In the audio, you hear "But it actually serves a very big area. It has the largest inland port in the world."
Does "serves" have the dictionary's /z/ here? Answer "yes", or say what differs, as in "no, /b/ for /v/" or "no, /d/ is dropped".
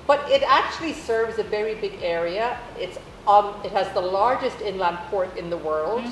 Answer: yes